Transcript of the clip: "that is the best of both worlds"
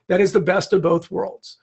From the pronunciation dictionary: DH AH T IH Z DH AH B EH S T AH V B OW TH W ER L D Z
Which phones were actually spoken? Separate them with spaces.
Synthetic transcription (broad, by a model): DH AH T IH Z DH AH B EH S T AH V B OW TH W ER L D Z